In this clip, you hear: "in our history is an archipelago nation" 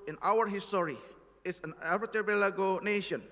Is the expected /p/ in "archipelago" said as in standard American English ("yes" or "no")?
no